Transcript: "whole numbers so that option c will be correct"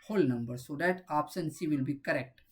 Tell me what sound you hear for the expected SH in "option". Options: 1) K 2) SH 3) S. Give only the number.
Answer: 3